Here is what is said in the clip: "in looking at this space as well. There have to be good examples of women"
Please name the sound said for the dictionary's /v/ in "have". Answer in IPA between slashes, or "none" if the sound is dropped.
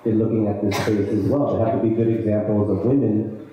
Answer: /f/